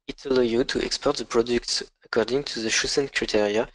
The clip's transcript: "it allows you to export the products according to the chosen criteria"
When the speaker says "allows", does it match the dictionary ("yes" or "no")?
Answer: no